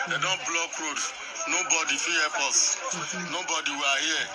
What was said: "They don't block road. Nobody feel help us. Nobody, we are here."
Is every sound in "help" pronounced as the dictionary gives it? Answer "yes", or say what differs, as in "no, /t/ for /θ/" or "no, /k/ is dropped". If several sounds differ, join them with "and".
no, /l/ is dropped